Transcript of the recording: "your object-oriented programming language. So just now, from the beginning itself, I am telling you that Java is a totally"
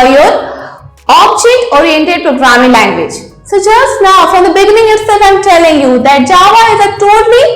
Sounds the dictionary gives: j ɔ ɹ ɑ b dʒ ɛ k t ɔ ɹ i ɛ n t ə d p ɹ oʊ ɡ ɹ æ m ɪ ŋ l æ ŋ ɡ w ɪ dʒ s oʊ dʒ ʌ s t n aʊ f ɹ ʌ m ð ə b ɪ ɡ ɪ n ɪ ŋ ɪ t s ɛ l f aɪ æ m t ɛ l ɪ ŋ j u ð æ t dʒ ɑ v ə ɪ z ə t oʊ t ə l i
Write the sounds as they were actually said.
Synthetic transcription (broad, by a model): j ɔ ɹ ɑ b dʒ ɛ t ɔ ɹ i ɛ n t ə d p ɹ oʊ ɡ ɹ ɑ m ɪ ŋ l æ ŋ ɡ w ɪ dʒ s oʊ dʒ ʌ s t n aʊ f ɹ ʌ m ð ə b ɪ ɡ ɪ n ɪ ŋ ɪ t s ɛ l f aɪ m t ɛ l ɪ ŋ j u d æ t dʒ ɑ v ə ɪ z ə t oʊ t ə l i